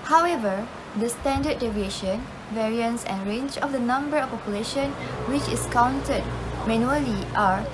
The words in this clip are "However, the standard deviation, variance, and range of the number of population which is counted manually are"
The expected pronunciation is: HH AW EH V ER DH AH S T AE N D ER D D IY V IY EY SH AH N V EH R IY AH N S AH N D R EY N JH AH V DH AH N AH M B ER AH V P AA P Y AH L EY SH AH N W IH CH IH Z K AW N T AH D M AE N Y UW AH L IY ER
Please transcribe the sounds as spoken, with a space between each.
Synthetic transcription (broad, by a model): HH AW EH V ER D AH S T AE N D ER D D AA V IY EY SH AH N V EH R IY AH N S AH N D R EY N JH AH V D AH N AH M B ER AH F P AA P Y AH L EY SH AH N W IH CH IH S K AW N T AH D M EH N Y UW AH L IY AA